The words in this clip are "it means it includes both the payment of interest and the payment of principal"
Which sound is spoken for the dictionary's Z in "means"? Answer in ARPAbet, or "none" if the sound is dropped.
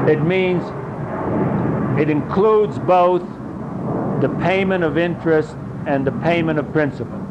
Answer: Z